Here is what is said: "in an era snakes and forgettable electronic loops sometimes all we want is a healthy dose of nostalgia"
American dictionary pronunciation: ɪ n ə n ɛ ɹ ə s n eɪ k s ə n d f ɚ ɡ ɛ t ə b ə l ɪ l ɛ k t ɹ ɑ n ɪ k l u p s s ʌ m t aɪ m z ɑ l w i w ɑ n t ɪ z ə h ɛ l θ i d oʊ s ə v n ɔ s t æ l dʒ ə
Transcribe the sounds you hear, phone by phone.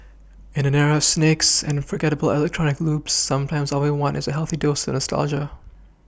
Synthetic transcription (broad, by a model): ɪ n ə n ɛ ɹ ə s n eɪ k s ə n f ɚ ɡ ɛ t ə b l ɪ l ɛ k t ɹ ɑ n ɪ k l u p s s ʌ m t aɪ m z ɑ l w i w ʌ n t ɪ z ə h ɛ l θ i d oʊ s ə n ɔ s t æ l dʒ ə